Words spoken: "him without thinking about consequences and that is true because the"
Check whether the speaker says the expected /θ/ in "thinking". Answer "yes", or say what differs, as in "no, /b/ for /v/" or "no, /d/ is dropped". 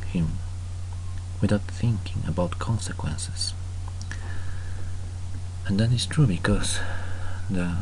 yes